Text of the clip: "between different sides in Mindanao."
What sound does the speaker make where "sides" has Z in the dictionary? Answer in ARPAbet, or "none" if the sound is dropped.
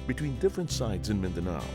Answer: Z